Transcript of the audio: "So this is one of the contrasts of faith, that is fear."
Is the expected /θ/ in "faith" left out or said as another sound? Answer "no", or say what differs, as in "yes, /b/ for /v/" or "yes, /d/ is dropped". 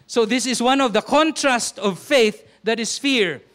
no